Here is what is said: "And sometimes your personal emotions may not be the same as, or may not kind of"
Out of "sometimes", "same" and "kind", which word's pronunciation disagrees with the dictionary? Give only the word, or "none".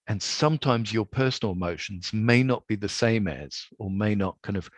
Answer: none